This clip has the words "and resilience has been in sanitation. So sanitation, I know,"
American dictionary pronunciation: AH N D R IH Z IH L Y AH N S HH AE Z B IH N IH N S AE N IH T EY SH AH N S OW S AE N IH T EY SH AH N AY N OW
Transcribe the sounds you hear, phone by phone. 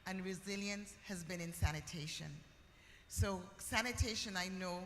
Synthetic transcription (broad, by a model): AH N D R IH Z IH L Y AH N S HH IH Z B IH N IH N S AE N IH T EY SH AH N S OW S AE N IH T EY SH AH N AY N OW